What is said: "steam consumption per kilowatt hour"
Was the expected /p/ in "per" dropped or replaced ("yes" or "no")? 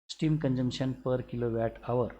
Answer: no